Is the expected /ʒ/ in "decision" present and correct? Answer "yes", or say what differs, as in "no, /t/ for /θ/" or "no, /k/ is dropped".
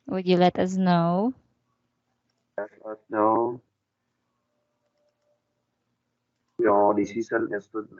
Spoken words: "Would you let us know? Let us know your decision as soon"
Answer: no, /s/ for /ʒ/